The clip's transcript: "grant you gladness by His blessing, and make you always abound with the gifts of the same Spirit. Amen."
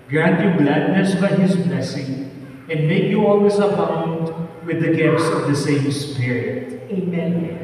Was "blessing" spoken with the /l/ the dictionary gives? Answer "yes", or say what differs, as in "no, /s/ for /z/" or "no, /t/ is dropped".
yes